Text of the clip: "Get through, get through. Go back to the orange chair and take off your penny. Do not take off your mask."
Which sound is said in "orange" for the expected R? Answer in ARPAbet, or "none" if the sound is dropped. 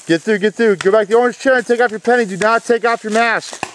none